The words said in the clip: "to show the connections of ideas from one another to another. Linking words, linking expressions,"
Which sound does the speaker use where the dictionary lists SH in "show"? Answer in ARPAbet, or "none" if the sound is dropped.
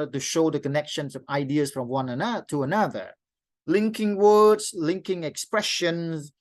SH